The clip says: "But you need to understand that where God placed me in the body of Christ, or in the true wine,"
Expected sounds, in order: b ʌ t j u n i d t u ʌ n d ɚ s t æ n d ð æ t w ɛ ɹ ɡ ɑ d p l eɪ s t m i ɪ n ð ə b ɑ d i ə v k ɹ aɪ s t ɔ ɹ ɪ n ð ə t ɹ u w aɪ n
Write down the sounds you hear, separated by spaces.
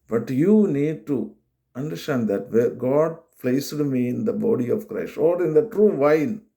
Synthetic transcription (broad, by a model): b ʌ t j u n i d t u ʌ n d ɚ s t æ n d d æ t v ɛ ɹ ɡ ɑ d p l eɪ s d m i ɪ n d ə b ɑ d i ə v k ɹ aɪ s t ɔ ɹ ɪ n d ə t ɹ u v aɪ n